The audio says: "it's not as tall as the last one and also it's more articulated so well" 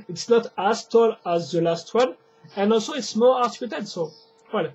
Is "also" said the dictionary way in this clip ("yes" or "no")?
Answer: yes